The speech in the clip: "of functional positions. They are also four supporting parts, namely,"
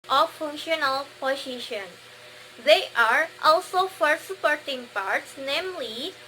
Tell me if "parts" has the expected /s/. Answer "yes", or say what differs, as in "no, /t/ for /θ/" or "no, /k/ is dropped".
yes